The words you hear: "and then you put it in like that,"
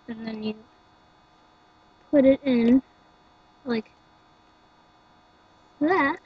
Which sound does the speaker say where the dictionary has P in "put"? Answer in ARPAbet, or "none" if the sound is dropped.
P